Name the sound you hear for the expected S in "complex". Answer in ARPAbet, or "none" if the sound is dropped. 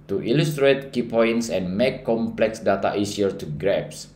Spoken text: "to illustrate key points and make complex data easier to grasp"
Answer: S